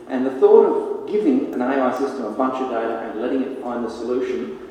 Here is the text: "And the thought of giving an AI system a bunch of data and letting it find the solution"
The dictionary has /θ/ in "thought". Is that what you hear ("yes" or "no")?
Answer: yes